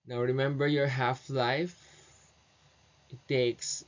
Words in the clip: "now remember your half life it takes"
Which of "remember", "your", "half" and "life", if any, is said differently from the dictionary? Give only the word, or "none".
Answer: none